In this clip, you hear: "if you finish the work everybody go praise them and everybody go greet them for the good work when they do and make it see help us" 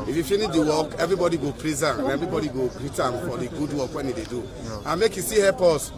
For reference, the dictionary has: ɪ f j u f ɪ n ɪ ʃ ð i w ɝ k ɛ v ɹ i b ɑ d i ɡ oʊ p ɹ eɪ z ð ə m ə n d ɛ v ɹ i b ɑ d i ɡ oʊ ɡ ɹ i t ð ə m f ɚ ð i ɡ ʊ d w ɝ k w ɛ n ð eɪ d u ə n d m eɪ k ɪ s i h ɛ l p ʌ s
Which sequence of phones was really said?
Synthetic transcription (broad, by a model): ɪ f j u f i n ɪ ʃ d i w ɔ k ɛ v ɹ i b ɑ d i ɡ oʊ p ɹ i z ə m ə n ɛ v ɹ i b ɑ d i ɡ oʊ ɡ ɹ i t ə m f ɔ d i ɡ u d w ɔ k w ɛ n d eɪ d u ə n m eɪ k ɪ s i h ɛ p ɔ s